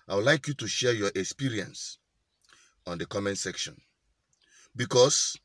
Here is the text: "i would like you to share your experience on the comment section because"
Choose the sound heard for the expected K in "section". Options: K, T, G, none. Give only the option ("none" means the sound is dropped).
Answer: K